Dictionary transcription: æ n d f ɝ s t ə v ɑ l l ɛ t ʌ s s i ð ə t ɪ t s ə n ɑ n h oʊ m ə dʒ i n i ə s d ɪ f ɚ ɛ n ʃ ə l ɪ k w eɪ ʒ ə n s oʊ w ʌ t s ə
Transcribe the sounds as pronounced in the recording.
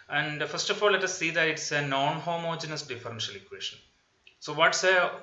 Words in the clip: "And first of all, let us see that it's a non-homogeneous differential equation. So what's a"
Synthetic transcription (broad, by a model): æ n d f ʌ s t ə f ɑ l l ɛ t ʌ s s i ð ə t ɪ t s ə n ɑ n h oʊ m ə dʒ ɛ n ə s d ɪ f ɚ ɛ n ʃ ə l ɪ k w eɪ ʃ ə n s oʊ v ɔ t s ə